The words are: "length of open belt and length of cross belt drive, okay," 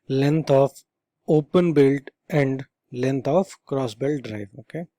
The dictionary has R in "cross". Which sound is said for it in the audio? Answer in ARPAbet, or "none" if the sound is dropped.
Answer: R